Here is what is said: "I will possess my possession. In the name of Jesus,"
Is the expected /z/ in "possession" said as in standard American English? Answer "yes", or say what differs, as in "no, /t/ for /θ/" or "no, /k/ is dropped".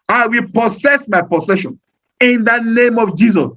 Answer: no, /s/ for /z/